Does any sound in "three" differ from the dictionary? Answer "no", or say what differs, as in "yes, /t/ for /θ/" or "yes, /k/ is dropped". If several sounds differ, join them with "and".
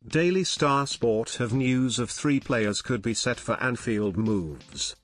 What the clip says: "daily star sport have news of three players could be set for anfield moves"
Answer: no